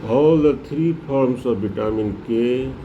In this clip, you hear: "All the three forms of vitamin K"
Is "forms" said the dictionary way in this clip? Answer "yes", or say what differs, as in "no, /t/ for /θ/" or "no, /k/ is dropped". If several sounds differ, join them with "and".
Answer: no, /p/ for /f/ and /s/ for /z/